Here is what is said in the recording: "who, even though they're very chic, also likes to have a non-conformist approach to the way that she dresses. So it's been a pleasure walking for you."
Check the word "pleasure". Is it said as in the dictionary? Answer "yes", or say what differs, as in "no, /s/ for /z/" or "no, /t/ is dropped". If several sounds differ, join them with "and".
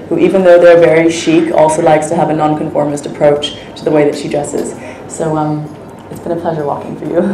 yes